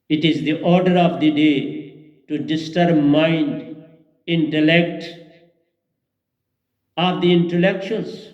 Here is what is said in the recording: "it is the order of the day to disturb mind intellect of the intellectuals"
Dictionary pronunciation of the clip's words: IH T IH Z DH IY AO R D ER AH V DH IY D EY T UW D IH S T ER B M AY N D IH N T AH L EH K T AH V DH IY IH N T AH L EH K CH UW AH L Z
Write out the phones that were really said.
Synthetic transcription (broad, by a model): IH T IH Z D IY AO R D ER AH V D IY D EY T UW D IH S T ER B M AY N D IH N T AH L EH K T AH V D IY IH N T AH L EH K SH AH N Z